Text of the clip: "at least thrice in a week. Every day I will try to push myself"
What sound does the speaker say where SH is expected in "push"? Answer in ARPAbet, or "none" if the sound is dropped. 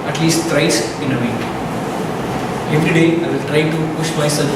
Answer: SH